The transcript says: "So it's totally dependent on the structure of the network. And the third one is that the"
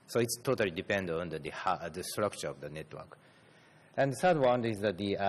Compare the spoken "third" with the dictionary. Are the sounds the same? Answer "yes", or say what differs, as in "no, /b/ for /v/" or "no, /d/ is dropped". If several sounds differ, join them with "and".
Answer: no, /s/ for /θ/